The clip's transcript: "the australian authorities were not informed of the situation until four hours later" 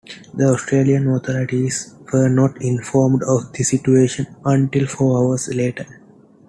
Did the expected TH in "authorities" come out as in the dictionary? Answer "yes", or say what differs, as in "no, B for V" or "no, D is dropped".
no, T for TH